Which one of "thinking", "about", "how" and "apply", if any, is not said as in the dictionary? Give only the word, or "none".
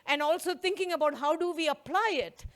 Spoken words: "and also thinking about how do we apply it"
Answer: thinking